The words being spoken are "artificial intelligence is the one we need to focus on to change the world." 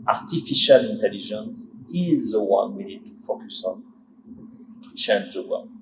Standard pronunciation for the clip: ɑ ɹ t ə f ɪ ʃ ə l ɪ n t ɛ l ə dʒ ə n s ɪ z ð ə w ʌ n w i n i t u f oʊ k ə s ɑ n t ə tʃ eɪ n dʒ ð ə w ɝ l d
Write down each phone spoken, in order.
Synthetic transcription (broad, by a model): ɑ ɹ t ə f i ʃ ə l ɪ n t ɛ l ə ʒ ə n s ɪ z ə w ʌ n w i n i t u f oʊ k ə s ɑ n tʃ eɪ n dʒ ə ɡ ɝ